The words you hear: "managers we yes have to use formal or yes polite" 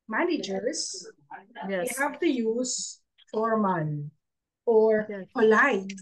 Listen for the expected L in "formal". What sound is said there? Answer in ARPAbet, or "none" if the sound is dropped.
N